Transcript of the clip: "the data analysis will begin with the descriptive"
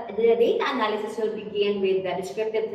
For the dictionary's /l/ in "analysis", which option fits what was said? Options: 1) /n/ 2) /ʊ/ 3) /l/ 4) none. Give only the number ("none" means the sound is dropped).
3